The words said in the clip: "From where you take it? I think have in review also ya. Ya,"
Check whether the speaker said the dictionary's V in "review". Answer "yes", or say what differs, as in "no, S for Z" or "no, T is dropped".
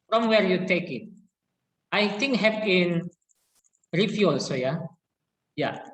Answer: no, F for V